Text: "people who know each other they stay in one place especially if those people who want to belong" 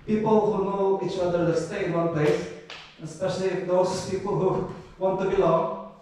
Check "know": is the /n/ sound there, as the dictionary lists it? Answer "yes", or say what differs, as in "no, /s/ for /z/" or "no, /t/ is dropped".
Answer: yes